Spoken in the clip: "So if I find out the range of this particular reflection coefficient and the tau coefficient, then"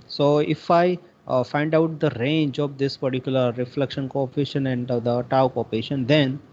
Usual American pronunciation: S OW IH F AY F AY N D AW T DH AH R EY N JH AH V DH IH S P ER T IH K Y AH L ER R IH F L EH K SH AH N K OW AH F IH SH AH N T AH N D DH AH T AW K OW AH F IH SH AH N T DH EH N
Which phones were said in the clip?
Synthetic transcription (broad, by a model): S OW IH F AY F AY N D AW T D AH R EY N JH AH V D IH S P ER T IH K Y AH L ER R IH F L EH K SH AH N K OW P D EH SH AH N AH N D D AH T AW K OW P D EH SH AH N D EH N